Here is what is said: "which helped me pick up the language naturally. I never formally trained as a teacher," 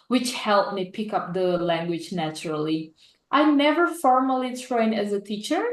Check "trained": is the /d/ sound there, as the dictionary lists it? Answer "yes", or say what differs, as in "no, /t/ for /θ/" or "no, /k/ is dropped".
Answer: no, /d/ is dropped